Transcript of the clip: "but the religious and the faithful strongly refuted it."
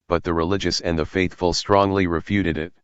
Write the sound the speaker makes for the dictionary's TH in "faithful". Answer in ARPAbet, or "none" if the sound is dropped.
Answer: TH